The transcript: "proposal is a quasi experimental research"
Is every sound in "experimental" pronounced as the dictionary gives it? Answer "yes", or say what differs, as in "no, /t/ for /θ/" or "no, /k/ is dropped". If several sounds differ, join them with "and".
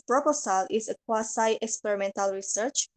yes